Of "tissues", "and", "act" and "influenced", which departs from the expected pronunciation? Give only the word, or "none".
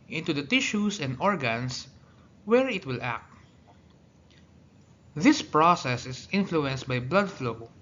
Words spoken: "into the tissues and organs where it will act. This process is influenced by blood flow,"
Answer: tissues